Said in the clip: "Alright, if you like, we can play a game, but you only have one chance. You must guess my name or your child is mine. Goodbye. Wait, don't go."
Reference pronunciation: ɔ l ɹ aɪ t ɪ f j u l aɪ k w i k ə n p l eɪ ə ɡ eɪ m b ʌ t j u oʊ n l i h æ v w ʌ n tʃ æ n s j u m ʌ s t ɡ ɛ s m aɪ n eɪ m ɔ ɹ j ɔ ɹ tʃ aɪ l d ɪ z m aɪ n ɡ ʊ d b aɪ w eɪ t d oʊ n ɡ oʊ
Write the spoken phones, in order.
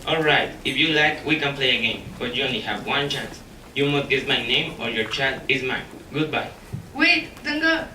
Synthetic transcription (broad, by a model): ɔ l ɹ aɪ t ɪ f j u l aɪ k w i k ə n p l eɪ ə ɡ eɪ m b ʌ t j u oʊ n l i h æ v w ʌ n tʃ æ n s j u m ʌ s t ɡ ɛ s m aɪ n eɪ m ɔ ɹ j ɔ ɹ tʃ aɪ l d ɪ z m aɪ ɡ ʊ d b aɪ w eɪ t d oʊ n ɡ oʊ